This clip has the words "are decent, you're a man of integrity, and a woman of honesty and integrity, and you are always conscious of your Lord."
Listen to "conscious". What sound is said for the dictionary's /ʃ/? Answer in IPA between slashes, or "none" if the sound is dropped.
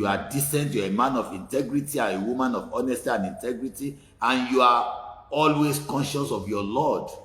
/ʃ/